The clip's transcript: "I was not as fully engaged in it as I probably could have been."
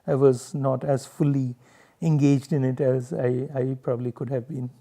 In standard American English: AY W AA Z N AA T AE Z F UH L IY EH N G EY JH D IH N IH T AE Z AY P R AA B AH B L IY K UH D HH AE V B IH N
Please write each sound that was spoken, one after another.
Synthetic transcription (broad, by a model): AY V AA Z N AA T AE Z F UH L IY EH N G EY JH D IH N IH T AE Z AY P R AA B AH B L IY K UH D HH AE V B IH N